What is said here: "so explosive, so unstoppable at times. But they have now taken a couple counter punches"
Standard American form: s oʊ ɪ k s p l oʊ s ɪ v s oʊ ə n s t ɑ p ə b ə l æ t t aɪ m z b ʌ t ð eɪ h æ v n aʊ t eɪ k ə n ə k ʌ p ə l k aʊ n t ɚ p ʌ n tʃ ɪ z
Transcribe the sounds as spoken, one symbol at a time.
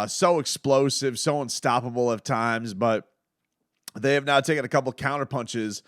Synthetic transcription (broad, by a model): s oʊ ɪ k s p l oʊ s ɪ v s oʊ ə n s t ɑ p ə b l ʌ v t aɪ m z b ʌ t ð eɪ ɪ v n aʊ t eɪ k ə n ə k ʌ p l k aʊ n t ɚ p ʌ n tʃ ɪ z